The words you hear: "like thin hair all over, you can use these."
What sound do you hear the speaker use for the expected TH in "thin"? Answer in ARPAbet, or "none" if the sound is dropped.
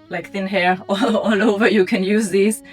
TH